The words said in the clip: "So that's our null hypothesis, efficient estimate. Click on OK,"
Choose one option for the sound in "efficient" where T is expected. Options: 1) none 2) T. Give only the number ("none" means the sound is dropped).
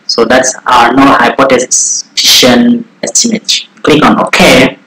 1